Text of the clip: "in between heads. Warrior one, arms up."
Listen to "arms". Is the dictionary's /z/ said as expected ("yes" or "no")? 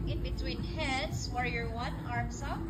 no